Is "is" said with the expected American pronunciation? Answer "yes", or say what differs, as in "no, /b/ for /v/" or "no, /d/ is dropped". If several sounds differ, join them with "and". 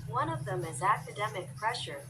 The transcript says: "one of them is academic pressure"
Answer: yes